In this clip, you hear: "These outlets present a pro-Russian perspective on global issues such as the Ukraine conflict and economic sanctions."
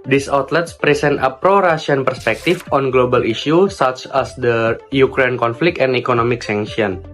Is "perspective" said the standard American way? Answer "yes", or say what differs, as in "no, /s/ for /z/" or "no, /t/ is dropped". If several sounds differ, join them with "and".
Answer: no, /f/ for /v/